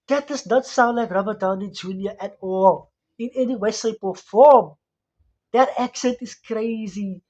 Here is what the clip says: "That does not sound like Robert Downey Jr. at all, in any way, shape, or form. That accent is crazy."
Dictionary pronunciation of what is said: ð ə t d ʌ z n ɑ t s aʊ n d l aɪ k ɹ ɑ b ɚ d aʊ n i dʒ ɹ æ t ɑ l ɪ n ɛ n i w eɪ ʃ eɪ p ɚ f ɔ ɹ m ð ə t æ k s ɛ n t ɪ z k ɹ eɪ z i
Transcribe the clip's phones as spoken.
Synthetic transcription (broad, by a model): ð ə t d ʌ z n ɑ t s aʊ n d l aɪ k ɹ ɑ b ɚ d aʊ n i dʒ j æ t ɑ l ɪ n ɛ n i w eɪ s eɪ p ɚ f ɔ m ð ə t æ k s ɛ n t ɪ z k ɹ eɪ z i